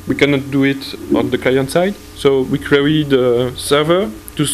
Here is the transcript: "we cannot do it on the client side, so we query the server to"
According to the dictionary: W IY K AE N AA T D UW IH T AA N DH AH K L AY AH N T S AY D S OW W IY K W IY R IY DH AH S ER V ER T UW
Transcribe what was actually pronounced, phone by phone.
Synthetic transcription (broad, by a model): W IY K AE N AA T D UW IH T AA N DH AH K L AY AH N T S AY D S OW W IY K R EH IY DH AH S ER V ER T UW